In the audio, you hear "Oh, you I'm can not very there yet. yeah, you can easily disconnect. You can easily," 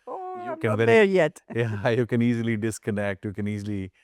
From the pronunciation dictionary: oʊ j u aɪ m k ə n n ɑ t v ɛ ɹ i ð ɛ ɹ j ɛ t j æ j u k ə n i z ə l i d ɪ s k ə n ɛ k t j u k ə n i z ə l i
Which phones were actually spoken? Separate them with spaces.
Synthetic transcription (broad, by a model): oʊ j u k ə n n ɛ i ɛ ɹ j ɛ t j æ j u k ə n i z ə l i d ɪ s k ə n ɛ k t j u k ə n i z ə l i